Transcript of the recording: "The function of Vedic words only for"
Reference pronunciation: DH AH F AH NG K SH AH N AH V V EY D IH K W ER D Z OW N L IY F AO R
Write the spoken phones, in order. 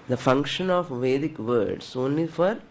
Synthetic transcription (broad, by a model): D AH F AH NG K SH AH N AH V V EY D IH K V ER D S OW N L IY F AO R